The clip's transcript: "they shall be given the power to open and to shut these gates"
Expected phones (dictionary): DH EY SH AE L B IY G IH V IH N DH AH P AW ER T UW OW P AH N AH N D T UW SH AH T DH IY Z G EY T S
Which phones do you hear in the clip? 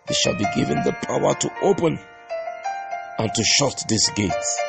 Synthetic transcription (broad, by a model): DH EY SH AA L B IY G IH V IH N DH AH P AW ER T UW OW P AH N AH N T UW SH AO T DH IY S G EY T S